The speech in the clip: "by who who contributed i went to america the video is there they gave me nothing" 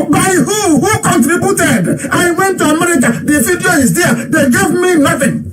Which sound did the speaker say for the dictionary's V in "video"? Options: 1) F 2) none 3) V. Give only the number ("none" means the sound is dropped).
1